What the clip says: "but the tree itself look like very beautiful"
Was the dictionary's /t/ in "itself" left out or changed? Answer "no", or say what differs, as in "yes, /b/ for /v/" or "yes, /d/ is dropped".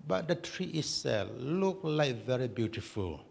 yes, /s/ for /t/